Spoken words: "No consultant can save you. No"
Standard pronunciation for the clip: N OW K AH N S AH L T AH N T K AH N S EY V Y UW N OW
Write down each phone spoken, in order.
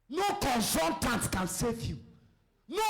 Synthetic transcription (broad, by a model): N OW K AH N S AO N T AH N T K AH N S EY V Y UW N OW